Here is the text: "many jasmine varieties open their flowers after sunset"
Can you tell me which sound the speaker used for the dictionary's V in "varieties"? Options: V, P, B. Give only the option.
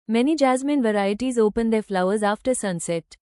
V